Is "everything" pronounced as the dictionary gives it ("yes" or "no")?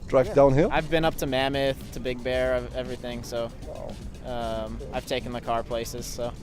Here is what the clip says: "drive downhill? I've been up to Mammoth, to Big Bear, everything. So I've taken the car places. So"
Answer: yes